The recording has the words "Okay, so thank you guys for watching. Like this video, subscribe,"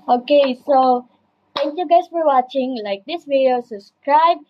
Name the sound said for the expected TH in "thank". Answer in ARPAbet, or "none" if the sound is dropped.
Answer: T